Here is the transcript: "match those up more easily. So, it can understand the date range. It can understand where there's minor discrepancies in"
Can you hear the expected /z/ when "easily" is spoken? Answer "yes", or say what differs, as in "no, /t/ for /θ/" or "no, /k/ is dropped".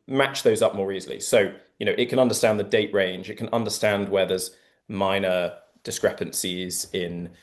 yes